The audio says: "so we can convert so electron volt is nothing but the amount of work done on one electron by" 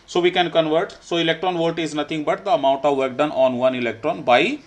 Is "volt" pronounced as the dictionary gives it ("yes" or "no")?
no